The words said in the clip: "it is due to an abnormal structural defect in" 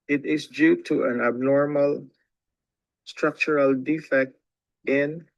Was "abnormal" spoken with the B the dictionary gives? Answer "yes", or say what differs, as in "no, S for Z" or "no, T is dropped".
yes